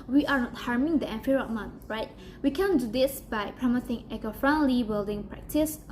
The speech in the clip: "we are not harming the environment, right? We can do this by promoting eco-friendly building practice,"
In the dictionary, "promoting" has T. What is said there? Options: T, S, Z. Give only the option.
S